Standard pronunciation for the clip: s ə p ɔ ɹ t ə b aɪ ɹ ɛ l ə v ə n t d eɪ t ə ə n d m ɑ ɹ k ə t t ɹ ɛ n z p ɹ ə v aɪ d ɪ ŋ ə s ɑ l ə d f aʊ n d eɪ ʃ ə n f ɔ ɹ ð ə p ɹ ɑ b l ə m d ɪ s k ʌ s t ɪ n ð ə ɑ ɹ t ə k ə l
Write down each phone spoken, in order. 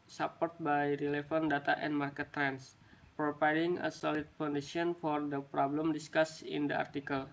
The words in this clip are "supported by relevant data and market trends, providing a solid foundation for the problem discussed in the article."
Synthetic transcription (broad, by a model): s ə p ɔ ɹ t b aɪ ɹ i l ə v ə n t d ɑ t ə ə n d m ɑ ɹ k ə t t ɹ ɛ n s p ɹ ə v aɪ d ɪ ŋ ə s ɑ l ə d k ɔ n d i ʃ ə n f ɔ ɹ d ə p ɹ ɑ b l ə m d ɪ s k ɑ s ɪ n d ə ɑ ɹ t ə k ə l